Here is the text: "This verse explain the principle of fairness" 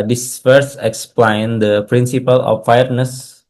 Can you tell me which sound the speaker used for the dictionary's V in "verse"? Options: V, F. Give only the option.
F